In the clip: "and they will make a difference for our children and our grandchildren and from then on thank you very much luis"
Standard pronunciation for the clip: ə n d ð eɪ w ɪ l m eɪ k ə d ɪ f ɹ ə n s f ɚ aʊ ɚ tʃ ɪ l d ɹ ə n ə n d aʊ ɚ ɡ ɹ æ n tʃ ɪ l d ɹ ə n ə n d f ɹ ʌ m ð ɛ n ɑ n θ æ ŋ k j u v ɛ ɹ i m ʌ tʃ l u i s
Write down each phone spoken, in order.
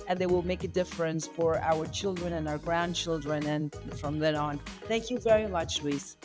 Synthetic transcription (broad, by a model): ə n ð eɪ w ɪ l m eɪ k ə d ɪ f ɹ ə n s f ɚ aʊ ɚ tʃ ɪ l d ɹ ə n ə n aʊ ɚ ɡ ɹ æ n tʃ ɪ l d ɹ ə n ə n f ɹ ʌ m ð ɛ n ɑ n θ æ ŋ k j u v ɛ ɹ i m ʌ tʃ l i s